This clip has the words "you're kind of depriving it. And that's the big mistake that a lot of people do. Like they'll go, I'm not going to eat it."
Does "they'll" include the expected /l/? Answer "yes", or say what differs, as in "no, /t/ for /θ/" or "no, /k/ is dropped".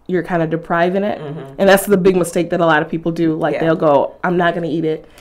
yes